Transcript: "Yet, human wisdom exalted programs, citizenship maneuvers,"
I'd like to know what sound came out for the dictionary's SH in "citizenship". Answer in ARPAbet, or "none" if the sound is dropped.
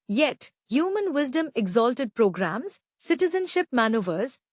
SH